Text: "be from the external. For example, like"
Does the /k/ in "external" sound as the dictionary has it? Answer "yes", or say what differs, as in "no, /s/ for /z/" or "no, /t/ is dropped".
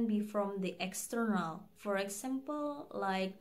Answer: yes